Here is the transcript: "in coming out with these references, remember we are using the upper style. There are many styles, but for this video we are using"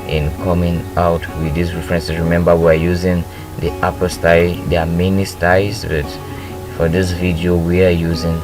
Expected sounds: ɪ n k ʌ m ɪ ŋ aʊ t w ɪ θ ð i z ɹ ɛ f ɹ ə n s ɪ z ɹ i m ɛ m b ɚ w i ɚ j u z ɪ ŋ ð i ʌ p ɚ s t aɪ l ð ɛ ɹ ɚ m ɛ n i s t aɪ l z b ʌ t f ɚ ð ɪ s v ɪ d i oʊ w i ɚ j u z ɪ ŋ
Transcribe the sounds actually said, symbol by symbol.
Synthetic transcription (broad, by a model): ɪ n k ʌ m ɪ ŋ aʊ t w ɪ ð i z ɹ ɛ f ɹ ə n s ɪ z ɹ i m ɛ m b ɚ w i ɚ j u z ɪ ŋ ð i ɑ p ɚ s t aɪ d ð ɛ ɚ m ɛ n i s t aɪ z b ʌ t f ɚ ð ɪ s v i d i oʊ w i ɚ j u z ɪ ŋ